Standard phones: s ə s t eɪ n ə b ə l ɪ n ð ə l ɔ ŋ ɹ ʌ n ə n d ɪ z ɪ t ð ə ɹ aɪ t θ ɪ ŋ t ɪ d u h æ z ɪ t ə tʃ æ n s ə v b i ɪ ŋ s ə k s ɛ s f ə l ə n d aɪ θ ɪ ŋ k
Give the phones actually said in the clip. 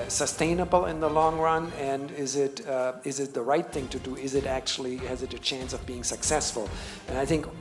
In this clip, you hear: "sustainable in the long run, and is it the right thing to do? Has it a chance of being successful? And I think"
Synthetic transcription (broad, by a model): s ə s t eɪ n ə b l ɪ n ð ə l ɔ ŋ ɹ ʌ n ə n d ɪ z ɪ t ð ə ɹ aɪ t θ ɪ ŋ t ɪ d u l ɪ z ɪ t ə tʃ æ n s ə v b i ɪ ŋ s ə k s ɛ s f ə l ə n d aɪ θ ɪ ŋ k